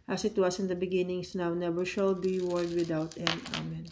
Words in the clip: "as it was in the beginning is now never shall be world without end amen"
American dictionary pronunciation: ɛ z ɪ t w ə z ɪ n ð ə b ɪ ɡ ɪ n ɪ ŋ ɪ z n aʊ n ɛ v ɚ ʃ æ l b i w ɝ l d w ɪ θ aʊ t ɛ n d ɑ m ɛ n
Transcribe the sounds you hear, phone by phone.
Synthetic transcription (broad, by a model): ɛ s ɪ t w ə s ɪ n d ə b ɪ ɡ ɪ n ɪ ŋ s n aʊ n ɛ v ɚ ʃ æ l b i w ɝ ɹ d w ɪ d aʊ t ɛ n ɑ m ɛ n